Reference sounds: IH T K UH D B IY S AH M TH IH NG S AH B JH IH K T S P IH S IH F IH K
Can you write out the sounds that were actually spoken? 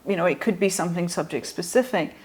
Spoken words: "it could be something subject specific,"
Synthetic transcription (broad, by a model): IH T K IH D B IY S AH M TH IH NG S AH B JH IH K T S P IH S IH F IH K